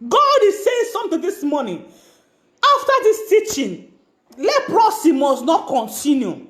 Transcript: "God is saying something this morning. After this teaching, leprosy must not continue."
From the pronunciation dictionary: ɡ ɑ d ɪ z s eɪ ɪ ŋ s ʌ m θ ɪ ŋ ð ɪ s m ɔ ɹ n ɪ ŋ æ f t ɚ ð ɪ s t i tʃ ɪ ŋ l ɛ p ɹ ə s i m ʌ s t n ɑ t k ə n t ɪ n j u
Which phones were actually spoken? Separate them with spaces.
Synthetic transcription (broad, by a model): ɡ ɑ d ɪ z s eɪ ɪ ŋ s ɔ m t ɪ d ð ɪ s m ɔ n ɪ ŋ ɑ f t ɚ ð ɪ s t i tʃ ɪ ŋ l ɛ p ɹ ə s i m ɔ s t n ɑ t k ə n t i n j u